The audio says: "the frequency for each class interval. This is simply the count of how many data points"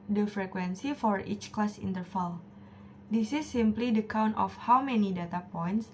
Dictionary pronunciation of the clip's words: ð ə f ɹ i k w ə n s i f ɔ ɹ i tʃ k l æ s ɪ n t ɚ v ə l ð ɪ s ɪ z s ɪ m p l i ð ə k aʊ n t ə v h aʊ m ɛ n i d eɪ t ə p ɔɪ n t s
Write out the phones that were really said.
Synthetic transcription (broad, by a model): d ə f ɹ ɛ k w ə n s i f ɔ ɹ i tʃ k l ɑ s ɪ n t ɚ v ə l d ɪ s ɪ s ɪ m p l i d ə k aʊ n t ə f h aʊ m ɛ n i d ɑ t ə p ɔɪ n t s